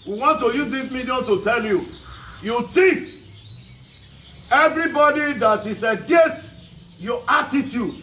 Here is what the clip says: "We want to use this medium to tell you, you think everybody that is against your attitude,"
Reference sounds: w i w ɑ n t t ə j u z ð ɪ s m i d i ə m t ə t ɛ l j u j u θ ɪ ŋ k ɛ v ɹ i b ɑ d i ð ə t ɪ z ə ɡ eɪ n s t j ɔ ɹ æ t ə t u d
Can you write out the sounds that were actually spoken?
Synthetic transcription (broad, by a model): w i w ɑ n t t ə j u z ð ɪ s m i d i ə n t ə t ɛ l j u j u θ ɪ k ɛ v ɹ i b ɑ d i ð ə t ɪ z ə ɡ eɪ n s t j ɔ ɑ t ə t u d